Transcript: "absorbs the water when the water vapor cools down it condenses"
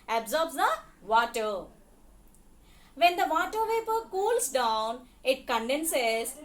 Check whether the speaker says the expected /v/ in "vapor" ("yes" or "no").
yes